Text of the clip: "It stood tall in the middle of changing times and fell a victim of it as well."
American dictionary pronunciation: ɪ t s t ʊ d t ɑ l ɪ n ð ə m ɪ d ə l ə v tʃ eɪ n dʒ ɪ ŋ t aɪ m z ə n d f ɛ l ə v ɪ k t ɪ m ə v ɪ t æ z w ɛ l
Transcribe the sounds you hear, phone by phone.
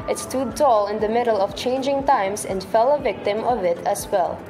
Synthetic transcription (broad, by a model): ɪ t s t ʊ d t ɑ l ɪ n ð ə m ɪ d ə l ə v tʃ eɪ n dʒ ɪ ŋ t aɪ m s ə n d f ɛ l ə v ɪ k t ɪ m ə v ɪ t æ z w ɛ l